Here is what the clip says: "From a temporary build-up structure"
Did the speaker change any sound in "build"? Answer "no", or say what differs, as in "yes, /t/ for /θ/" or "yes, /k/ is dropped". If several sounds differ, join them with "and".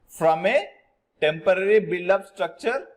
yes, /d/ is dropped